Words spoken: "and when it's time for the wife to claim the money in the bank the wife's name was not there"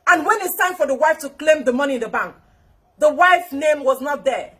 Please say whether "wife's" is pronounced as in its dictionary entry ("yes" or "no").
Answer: no